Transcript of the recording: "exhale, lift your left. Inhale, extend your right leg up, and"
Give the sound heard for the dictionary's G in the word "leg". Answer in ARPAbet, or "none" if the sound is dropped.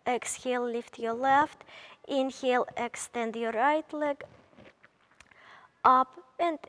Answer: G